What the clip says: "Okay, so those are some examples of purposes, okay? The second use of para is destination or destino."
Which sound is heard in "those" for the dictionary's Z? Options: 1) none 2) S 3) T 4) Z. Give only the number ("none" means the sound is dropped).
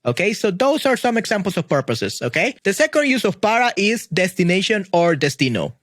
2